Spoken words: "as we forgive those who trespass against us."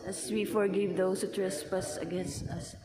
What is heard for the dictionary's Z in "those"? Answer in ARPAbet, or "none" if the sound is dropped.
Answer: S